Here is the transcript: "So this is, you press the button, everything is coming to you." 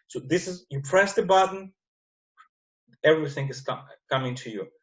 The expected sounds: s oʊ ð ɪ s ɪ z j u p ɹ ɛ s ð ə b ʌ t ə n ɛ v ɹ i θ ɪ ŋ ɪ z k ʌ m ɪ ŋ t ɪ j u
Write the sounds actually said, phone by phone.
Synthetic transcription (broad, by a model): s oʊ ð ɪ s ɪ z j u p ɹ ɛ s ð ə b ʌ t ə n ɛ v ɹ i θ ɪ ŋ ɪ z k ʌ m ɪ ŋ t ɪ j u